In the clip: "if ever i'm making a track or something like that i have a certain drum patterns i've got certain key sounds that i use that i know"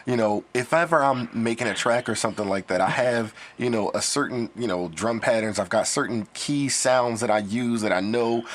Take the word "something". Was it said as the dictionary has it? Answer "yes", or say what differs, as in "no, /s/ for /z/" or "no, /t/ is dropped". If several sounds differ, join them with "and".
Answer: yes